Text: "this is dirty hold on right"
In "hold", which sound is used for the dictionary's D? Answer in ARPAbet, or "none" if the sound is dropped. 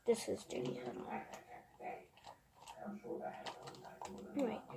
none